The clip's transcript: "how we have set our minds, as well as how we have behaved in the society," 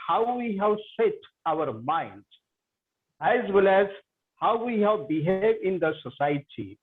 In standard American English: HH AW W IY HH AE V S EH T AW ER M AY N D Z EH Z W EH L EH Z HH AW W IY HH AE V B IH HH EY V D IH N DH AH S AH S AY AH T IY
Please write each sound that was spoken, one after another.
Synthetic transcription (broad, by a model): HH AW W IY HH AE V S EH T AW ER M AY N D EH Z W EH L EH Z HH AW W IY HH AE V B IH HH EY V IH N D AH S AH S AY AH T IY